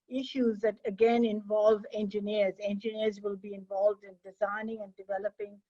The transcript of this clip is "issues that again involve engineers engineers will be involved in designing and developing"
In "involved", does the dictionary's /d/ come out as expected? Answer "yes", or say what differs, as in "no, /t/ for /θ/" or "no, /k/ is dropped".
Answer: yes